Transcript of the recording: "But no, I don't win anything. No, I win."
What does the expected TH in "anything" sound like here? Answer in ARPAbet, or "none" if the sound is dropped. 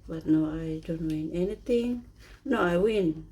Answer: T